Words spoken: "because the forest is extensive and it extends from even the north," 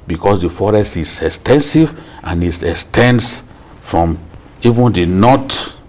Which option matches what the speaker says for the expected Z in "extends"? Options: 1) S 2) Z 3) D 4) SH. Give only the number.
1